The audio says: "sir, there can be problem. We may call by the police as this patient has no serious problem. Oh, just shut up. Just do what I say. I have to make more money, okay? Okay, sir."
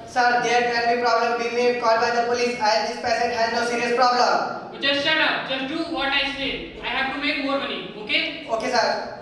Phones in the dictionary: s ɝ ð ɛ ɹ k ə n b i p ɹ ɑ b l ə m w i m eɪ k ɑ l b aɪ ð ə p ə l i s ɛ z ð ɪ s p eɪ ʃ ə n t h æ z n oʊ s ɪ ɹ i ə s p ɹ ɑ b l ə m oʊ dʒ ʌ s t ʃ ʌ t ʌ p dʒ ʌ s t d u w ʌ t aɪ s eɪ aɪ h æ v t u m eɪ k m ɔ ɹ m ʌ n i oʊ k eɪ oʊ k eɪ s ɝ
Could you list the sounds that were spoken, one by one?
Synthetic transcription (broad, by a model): s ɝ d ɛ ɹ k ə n b i p ɹ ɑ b l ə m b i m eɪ k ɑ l b aɪ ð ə p ə l i s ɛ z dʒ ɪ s p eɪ s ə t h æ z n oʊ s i ɹ i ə s p ɹ ɑ b l ə m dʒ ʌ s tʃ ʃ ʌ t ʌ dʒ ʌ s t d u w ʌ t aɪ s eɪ aɪ h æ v t u m eɪ k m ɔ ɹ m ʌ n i oʊ k eɪ oʊ k eɪ s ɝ